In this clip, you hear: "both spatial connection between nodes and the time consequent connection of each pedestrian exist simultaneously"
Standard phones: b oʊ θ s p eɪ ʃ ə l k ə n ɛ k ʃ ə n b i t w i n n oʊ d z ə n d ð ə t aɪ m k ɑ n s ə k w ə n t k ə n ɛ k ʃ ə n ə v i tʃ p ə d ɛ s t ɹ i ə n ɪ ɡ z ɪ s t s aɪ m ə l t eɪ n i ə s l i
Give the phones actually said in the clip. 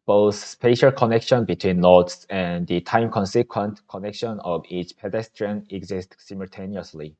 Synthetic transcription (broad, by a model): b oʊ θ s p eɪ ʃ ə l k ə n ɛ k ʃ ə n b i t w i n n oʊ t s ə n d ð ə t aɪ m k ɑ n s ə k w ə n t k ə n ɛ k ʃ ə n ə v i tʃ p ə d ɛ s t ɹ i ə n ɪ ɡ z ɪ s t s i m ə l t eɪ n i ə s l i